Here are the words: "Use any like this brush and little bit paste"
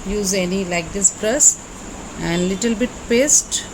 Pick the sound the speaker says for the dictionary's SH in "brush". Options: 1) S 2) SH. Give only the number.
1